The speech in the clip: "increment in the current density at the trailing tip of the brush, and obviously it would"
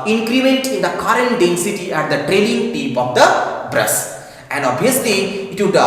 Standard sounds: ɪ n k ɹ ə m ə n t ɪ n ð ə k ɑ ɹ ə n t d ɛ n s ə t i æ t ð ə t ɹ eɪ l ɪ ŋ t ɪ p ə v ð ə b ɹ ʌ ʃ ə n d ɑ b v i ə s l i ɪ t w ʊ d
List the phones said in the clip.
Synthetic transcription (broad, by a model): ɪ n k ɹ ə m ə n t ɪ n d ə k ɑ ɹ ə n d ɛ n s ə t i æ t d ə t ɹ eɪ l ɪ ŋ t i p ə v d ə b ɹ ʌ s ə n d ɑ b i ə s l i ɪ t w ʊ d